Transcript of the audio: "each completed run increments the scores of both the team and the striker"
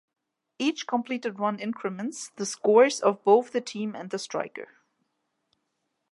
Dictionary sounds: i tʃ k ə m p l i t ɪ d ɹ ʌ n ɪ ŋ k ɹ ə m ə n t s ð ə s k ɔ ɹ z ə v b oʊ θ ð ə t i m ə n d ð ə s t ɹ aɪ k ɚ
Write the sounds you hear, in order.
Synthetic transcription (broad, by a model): i tʃ k ə m p l i t ɪ d ɹ ʌ n ɪ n k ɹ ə m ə n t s ð ə s k ɔ ɹ z ə v b oʊ θ ð ə t i m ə n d ð ə s t ɹ aɪ k ɚ